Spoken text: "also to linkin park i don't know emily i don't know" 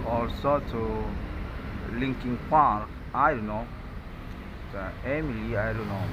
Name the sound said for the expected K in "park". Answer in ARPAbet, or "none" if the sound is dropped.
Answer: none